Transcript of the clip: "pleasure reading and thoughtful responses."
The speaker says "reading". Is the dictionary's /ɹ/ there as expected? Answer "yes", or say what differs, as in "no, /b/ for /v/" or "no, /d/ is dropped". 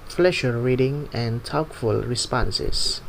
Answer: yes